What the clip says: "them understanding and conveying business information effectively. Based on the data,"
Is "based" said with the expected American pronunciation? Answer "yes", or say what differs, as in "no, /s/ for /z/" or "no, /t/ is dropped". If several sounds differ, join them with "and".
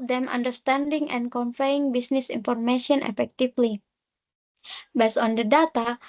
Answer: no, /t/ is dropped